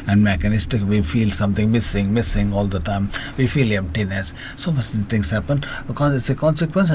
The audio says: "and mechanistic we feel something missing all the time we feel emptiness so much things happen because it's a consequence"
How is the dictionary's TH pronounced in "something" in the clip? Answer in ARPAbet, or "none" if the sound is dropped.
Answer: S